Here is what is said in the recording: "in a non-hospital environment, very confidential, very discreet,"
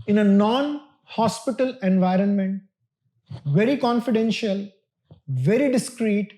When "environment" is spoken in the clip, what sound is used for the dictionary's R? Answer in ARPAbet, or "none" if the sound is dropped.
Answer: R